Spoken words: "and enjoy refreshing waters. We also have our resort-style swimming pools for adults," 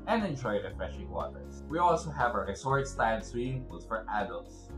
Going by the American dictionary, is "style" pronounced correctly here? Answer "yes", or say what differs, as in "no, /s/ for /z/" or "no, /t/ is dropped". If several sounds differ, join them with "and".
no, /n/ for /l/